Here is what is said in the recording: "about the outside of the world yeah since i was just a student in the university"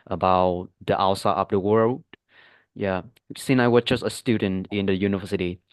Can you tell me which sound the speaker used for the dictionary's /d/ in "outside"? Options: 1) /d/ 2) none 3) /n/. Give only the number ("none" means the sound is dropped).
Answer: 2